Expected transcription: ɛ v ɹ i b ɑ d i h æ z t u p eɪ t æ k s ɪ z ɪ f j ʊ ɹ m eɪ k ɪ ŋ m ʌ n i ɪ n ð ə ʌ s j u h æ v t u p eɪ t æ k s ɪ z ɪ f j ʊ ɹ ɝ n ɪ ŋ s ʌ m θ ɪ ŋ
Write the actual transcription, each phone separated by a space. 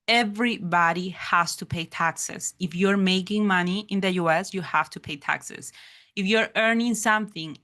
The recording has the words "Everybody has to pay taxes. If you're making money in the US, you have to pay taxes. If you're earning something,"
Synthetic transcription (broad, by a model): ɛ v ɹ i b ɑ d i h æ s t u p eɪ t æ k s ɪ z ɪ f j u ɹ m eɪ k ɪ ŋ m ʌ n i ɪ n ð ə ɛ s j u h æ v t u p eɪ t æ k s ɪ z ɪ f j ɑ ɹ ɝ n ɪ ŋ s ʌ m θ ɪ ŋ